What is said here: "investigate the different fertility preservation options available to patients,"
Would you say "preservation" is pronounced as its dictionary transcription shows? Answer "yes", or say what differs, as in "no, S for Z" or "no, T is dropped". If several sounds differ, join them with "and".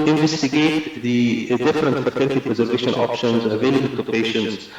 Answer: yes